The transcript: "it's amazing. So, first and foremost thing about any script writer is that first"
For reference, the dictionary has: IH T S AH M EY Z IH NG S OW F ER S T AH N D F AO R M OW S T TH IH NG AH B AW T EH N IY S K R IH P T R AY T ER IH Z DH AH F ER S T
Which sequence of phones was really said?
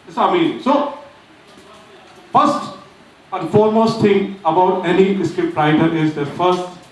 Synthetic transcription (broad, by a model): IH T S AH IH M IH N S OW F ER S T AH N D F AO R M OW S T T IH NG AH B AW T EH N IY S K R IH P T R AY T ER IH Z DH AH F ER S T